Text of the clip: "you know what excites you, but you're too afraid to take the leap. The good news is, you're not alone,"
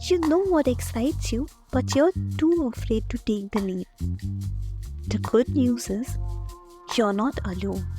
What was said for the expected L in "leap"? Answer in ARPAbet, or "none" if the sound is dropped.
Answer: N